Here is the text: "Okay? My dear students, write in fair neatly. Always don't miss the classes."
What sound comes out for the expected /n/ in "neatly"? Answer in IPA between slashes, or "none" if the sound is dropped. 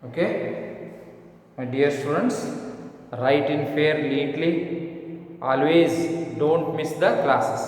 /l/